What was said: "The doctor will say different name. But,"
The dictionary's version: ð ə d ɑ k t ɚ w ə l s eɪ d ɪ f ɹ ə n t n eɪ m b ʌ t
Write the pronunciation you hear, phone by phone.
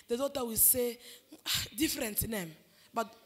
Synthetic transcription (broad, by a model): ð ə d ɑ t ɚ w ə l s eɪ d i f ɹ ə n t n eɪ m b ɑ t